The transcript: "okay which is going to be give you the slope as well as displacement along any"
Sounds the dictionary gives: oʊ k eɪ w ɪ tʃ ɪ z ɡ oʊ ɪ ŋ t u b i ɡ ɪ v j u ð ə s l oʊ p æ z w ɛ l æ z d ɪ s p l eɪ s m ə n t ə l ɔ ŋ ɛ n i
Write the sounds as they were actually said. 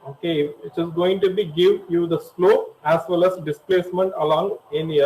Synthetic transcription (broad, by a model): oʊ k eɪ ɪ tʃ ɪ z ɡ oʊ ɪ ŋ t u b i ɡ ɪ v j u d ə s l oʊ æ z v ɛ l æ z d ɪ s p l eɪ s m ə n t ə l ɔ ŋ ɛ n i